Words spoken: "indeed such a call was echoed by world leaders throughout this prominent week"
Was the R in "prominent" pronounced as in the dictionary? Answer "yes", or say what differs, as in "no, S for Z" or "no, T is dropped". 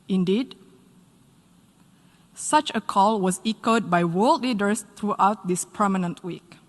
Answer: no, R is dropped